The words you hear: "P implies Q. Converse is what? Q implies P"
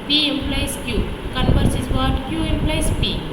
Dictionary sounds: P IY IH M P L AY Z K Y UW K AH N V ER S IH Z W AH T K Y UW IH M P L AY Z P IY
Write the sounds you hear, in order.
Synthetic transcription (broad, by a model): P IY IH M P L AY S K Y UW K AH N P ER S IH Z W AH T K Y UW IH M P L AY S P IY